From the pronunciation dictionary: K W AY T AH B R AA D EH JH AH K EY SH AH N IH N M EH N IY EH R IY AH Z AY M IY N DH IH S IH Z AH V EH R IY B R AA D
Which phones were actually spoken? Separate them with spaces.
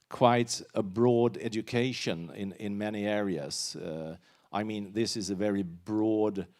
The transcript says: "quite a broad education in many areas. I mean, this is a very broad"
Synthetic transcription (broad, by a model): K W AY T AH B R AA D EH JH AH K EY SH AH N IH N M EH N IY EH R IY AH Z AY M IY N DH IH S IH Z AH V EH R IY B R AA D